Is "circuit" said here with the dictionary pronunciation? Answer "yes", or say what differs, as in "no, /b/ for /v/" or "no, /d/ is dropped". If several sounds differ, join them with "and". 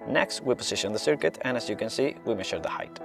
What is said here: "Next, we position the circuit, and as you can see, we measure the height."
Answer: yes